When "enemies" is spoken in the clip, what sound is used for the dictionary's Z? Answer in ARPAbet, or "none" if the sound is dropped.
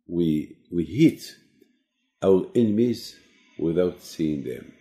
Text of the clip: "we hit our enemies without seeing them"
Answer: Z